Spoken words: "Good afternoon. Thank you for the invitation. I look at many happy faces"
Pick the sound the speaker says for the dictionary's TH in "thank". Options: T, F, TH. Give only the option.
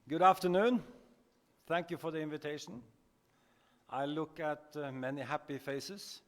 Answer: TH